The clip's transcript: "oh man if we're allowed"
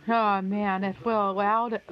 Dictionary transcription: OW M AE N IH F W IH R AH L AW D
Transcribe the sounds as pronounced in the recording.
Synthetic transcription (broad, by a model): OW M AE N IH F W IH L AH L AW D